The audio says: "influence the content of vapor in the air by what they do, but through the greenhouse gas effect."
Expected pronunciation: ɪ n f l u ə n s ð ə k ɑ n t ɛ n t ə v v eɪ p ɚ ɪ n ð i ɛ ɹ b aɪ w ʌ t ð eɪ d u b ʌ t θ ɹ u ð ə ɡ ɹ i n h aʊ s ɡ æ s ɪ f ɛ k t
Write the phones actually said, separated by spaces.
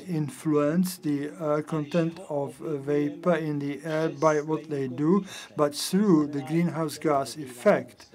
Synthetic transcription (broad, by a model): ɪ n f l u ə n s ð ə k ɑ n t ɛ n t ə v v eɪ p ɚ ɪ n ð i ɛ ɹ b aɪ w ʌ t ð eɪ d u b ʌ t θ ɹ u ð ə ɡ ɹ i n h aʊ s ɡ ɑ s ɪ f ɛ k t